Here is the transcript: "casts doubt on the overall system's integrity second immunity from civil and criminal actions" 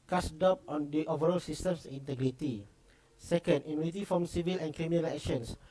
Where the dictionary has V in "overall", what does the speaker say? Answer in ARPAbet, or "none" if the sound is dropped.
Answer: V